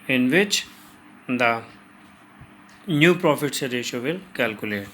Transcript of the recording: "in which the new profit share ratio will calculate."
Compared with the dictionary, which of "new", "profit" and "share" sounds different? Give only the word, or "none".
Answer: share